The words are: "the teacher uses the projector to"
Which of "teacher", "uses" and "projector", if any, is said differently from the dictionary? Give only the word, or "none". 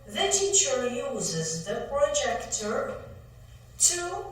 none